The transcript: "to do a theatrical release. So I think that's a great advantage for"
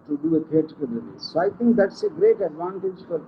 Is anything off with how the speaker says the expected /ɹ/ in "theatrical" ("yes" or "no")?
yes